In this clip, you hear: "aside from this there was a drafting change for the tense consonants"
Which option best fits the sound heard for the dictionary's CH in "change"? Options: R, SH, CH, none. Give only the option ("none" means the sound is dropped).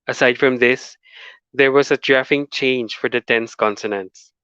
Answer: CH